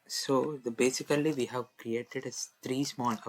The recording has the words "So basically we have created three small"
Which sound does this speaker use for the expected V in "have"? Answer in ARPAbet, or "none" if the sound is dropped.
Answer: V